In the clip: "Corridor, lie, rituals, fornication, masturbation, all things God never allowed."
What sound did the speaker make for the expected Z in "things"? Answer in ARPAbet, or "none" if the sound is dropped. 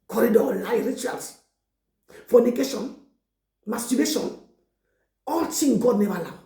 none